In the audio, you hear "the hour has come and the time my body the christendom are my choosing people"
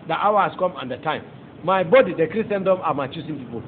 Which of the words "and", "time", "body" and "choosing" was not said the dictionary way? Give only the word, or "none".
choosing